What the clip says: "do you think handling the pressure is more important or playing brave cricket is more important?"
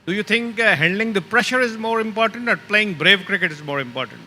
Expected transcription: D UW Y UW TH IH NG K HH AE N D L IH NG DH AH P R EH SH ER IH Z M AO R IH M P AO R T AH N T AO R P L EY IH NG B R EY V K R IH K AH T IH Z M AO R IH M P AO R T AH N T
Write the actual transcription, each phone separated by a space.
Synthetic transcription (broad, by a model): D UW Y UW T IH NG K HH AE N D L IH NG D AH P R EH SH ER IH Z M AO R IH M P AO R T AH N T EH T P L EY IH NG B R EY V K R IH K AH T IH Z M AO R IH M P AO R T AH N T